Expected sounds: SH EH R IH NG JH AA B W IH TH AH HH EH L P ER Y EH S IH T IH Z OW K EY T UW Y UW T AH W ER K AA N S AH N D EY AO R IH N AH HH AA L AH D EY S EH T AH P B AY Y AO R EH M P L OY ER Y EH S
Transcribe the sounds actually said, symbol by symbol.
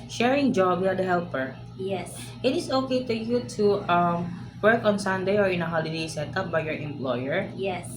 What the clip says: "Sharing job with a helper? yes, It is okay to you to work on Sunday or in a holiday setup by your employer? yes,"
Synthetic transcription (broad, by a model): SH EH R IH NG JH AA B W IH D AH HH EH L P ER Y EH S IH T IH S OW K EY T UW Y UW T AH W ER K AA N S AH N D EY AO R IH N AH HH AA L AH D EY S EH T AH P B AY Y AO R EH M P L OY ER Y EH S